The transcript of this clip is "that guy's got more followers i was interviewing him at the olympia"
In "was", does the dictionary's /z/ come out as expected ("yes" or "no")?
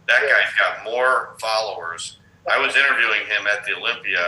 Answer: yes